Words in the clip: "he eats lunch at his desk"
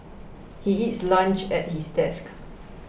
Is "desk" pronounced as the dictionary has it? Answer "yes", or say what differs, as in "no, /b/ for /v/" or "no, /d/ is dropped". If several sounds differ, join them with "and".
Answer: yes